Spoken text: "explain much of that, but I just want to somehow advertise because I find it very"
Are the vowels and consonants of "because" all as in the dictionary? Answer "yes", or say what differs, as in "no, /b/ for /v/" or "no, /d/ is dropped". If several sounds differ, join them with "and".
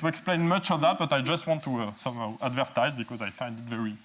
yes